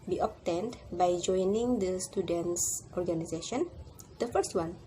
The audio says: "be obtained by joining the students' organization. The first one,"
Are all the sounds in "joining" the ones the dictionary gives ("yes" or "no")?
yes